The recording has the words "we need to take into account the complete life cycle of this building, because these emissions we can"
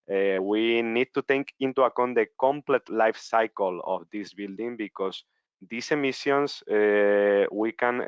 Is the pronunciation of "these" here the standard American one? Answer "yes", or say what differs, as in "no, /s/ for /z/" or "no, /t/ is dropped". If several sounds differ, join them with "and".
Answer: no, /s/ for /z/